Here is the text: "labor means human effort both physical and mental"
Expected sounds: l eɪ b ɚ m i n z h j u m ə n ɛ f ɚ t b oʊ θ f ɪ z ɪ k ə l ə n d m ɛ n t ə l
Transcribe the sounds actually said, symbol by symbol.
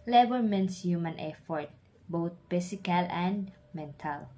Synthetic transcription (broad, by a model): l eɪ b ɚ m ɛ n s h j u m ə n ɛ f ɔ t b oʊ t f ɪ s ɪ k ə l ə n d m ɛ n t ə l